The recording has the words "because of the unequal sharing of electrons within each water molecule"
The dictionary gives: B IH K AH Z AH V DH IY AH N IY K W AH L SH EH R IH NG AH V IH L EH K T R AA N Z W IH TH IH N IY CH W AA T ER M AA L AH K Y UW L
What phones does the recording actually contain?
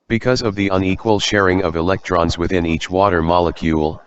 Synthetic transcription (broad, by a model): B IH K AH Z AH V DH IY AH N IY K W AH L SH EH R IH NG AH V IH L EH K T R AA N Z W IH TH IH N IY CH W AA T ER M AA L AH K Y UW L